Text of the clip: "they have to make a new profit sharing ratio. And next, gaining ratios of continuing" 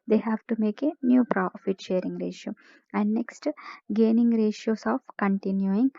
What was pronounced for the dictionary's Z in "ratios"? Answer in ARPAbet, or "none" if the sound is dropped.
S